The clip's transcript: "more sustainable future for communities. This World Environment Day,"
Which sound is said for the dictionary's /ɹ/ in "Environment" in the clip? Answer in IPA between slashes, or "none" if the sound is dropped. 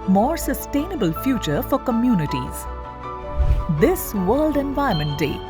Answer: none